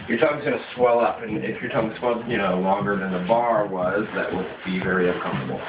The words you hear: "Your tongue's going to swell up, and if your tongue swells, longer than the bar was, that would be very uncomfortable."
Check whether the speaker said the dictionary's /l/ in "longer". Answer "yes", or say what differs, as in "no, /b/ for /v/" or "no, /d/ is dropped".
yes